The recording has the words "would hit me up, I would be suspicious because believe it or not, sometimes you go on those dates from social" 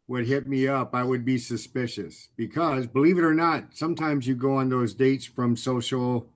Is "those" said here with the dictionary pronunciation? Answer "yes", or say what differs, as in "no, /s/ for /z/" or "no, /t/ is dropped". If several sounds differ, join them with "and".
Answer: yes